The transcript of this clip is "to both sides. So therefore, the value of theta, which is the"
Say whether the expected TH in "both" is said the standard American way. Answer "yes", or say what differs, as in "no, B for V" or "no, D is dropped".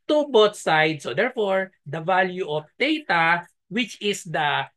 no, T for TH